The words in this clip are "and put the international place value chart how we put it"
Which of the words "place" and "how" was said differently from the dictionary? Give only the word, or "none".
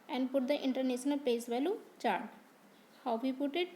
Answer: place